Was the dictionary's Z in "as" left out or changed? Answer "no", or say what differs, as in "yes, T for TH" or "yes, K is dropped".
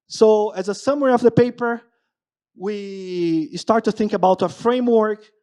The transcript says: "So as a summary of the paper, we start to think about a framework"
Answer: no